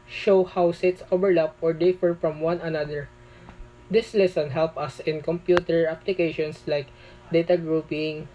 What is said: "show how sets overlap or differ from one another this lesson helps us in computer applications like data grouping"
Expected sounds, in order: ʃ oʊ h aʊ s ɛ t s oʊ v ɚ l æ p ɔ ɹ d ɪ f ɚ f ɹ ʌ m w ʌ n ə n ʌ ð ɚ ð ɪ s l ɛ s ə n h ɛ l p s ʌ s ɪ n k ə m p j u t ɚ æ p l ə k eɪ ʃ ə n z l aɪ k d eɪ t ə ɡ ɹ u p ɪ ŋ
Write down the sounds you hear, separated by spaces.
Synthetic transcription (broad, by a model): ʃ oʊ h aʊ s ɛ t s oʊ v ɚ l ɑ p ɔ ɹ d ɪ f ɚ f ɹ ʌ m w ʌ n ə n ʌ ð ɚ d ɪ s l ɛ s ə n h ɛ l p ʌ s ɪ n k ə m p j u t ɚ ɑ p l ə k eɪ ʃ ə n s l aɪ k d eɪ t ə ɡ ɹ u p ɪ ŋ